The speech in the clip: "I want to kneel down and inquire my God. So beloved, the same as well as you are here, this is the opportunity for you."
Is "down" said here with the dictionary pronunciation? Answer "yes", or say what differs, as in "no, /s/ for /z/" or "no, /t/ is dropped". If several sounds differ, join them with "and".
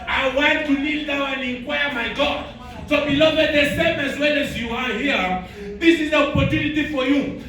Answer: no, /n/ is dropped